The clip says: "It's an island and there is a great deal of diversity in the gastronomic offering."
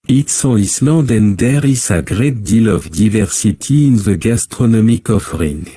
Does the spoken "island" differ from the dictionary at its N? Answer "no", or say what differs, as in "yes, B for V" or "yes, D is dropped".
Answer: yes, N is dropped